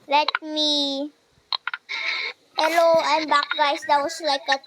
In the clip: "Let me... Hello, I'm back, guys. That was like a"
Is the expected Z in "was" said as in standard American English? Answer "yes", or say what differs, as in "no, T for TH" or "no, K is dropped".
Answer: no, S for Z